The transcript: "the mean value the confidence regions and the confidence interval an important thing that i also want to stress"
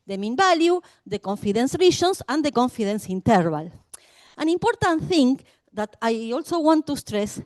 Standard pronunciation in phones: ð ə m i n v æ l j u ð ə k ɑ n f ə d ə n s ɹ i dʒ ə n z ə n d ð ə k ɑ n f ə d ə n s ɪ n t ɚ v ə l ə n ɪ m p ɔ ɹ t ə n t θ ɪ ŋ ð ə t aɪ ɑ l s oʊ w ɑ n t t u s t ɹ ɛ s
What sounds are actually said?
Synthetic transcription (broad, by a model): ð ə m i n b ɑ l j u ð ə k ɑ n f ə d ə n s ɹ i ʃ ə n s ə n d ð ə k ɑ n f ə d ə n s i n t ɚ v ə l ə n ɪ m p ɔ ɹ t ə n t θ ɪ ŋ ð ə t aɪ ɑ l s oʊ w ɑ n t t u s t ɹ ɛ s